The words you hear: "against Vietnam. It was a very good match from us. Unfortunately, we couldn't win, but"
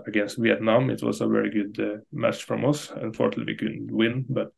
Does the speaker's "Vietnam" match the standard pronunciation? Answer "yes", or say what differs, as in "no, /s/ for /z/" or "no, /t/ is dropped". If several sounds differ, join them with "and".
yes